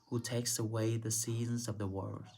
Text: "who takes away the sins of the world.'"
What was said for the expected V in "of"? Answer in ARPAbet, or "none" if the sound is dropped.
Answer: V